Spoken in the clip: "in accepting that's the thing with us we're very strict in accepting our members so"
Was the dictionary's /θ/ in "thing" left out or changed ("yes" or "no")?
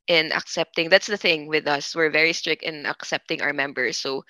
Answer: no